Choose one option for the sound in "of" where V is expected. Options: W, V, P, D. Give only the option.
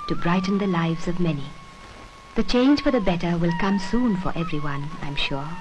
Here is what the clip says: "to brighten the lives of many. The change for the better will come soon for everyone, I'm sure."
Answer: V